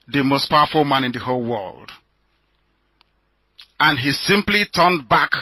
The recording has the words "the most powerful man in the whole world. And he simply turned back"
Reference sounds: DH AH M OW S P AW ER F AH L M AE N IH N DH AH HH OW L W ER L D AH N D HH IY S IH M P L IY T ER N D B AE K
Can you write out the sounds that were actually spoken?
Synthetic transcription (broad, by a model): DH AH M OW S P AW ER F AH L M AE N IH N DH AH HH OW L W ER L D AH N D HH IY S IH M P L IY T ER N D B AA K